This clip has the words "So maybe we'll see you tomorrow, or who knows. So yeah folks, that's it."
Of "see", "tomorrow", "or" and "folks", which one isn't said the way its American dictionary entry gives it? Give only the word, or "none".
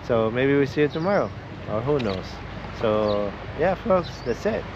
or